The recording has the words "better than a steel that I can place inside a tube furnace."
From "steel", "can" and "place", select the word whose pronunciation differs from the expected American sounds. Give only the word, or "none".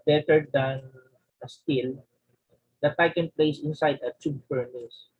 none